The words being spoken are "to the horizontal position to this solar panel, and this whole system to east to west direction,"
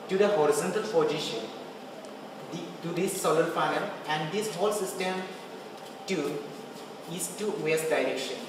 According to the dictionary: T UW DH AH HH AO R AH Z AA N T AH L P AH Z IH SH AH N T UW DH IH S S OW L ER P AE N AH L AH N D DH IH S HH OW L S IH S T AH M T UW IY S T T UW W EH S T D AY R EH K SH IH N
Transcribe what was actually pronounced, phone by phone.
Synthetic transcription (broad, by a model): T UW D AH HH AO R AH Z AA N T AH L F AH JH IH SH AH N T UW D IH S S OW L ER F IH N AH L AH N D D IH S HH OW L S IH S T AH M T UW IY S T T UW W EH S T D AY R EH K SH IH N